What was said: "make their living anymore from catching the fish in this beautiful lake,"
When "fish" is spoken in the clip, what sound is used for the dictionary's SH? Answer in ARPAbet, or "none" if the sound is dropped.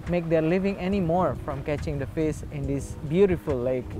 S